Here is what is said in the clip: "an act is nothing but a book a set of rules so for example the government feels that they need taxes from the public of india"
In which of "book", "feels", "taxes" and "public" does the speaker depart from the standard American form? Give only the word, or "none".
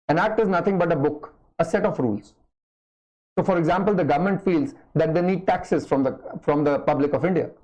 none